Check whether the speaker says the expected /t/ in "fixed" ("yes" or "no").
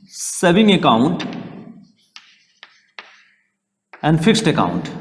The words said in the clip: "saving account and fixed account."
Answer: yes